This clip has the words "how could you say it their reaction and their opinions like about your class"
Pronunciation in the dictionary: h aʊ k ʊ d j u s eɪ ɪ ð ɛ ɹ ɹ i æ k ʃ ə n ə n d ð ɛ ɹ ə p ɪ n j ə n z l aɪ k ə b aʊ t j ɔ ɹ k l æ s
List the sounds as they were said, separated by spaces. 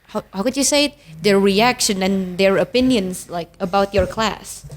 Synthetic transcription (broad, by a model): h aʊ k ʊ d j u s eɪ ɪ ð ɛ ɹ ɹ i æ k ʃ ə n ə n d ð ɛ ɹ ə p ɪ n j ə n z l aɪ k ə b aʊ t j ɔ ɹ k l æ s